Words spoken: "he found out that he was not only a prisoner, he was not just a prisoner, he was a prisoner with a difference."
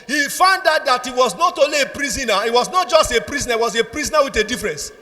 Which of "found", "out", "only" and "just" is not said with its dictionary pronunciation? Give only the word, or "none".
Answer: only